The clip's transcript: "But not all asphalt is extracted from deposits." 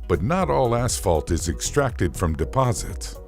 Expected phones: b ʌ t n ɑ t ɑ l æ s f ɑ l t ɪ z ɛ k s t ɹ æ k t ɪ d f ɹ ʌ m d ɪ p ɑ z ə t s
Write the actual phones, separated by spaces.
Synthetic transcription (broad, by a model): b ʌ t n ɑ t ɑ l æ s f ɑ l t ɪ z ɛ k s t ɹ æ k t ɪ d f ɹ ʌ m d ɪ p ɑ z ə t s